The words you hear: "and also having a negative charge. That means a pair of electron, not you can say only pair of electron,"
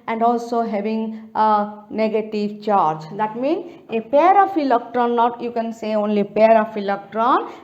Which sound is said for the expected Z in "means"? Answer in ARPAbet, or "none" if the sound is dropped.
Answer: none